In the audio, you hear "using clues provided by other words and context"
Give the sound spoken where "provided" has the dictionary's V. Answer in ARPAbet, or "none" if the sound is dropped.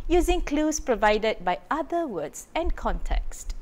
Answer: V